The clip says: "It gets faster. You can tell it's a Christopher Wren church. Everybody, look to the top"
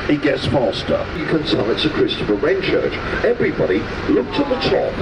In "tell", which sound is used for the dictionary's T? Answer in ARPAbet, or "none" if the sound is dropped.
S